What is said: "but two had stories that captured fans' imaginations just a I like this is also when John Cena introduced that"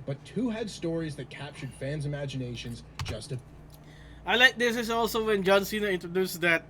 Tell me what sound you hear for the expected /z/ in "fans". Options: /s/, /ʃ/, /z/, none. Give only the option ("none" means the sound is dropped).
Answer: /z/